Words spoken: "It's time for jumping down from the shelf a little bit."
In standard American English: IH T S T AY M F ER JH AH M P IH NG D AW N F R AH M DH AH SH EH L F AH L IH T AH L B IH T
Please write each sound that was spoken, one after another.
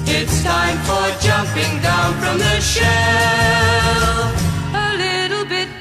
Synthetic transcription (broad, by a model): IH T S T AY M F ER JH AH M P IH NG D AW N F R AH M DH AH SH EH L AH L IH T L B IH T